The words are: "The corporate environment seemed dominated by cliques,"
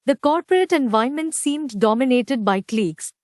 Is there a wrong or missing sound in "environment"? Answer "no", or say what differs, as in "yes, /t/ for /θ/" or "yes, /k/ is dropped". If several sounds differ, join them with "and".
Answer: yes, /ɹ/ is dropped